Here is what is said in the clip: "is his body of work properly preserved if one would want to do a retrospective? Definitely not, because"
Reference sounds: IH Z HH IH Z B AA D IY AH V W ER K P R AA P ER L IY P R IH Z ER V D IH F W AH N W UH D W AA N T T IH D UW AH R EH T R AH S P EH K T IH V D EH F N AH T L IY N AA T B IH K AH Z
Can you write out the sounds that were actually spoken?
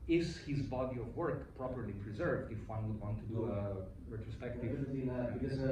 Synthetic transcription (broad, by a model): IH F HH IH Z B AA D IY AH V W ER K P R AA P ER L IY P R IH Z ER V D IH F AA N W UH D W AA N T T IH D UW AH R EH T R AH S P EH K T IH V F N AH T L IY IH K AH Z